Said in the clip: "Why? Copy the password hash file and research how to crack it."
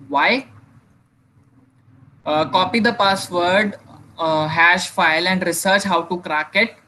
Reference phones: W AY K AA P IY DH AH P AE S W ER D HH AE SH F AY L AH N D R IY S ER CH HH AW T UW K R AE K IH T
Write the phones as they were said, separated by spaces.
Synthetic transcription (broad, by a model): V AY K AA P IY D AH P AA S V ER D HH AE SH F AY L AH N D R IY S ER CH HH AW T UW K R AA K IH T